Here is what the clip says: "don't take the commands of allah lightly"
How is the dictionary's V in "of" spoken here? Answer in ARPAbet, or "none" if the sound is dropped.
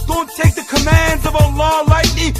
V